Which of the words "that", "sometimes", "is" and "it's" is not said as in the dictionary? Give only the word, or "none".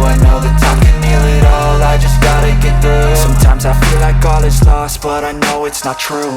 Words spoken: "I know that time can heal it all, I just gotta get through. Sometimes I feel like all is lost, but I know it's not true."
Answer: is